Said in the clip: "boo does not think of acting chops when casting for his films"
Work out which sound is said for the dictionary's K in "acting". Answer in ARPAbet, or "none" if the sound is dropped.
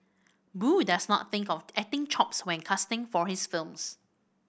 none